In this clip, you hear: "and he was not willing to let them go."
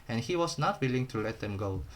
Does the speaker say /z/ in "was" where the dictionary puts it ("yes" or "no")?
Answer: no